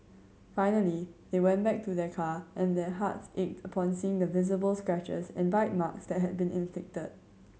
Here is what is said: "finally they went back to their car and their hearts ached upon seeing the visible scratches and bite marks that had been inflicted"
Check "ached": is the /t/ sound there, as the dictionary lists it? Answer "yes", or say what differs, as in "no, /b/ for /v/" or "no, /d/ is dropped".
yes